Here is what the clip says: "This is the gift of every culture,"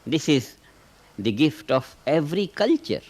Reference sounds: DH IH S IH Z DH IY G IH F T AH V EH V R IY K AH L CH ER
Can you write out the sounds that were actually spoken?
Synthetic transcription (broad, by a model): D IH S IH Z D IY G IH F T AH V EH V R IY K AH L CH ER